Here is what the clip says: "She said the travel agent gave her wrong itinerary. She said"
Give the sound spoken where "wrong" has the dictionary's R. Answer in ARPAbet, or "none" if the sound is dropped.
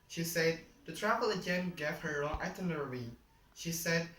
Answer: L